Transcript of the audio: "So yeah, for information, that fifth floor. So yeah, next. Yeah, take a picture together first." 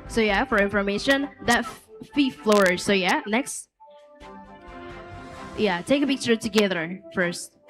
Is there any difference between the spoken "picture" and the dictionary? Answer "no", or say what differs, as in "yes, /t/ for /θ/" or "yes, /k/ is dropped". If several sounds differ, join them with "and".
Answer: yes, /b/ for /p/